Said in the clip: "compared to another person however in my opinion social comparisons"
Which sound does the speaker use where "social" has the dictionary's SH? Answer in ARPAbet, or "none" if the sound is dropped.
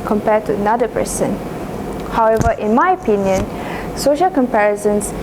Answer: SH